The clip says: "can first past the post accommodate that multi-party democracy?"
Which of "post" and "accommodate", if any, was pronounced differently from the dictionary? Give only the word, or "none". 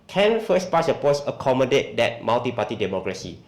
post